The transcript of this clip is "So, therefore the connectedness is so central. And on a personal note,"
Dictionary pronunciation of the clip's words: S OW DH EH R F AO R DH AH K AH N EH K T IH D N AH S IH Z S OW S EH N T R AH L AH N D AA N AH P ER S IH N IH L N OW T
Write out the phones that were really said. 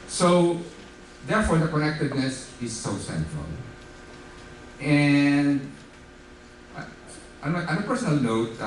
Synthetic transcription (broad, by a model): S OW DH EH R F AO R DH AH K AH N EH K T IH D N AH S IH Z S OW S EH N T R AH L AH N D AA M AH P ER S IH N IH L N OW T